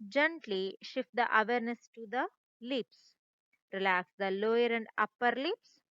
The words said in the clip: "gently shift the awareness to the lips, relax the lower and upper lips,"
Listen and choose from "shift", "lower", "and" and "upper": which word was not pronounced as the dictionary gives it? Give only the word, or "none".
none